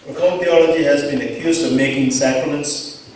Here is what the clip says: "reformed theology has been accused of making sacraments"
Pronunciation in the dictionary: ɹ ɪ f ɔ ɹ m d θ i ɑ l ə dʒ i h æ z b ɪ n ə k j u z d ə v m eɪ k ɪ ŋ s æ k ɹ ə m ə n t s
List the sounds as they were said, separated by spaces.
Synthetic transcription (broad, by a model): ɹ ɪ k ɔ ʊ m θ i ɑ l ə dʒ i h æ z b ɪ n ə k j u z d ə v m eɪ k ɪ ŋ s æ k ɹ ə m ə n t s